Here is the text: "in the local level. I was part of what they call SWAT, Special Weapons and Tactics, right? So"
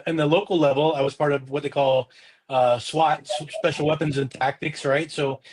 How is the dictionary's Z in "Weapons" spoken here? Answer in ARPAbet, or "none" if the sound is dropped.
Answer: Z